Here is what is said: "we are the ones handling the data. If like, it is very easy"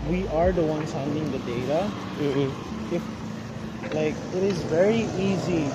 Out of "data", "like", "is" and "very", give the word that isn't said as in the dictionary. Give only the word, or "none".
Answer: none